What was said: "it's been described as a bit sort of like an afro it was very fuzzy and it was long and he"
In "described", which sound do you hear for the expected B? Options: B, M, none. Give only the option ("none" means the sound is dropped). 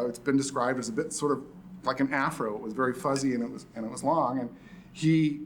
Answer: B